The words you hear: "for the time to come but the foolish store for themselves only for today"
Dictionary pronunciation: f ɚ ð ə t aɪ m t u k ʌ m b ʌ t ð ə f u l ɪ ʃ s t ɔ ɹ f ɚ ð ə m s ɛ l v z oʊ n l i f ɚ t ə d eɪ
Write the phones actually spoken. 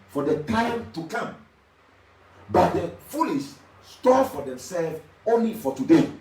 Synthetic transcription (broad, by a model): f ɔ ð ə t aɪ m t u k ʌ m b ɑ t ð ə f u l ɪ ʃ s t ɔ f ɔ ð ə m s ɛ l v oʊ n l i f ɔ t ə d eɪ